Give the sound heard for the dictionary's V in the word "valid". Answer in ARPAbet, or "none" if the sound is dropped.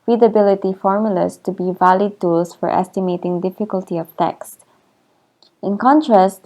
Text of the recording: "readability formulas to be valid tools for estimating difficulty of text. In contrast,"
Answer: V